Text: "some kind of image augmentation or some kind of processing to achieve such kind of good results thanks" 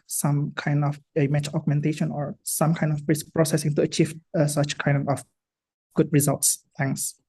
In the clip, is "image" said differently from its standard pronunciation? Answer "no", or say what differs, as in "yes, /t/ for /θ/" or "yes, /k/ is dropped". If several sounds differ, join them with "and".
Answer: yes, /tʃ/ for /dʒ/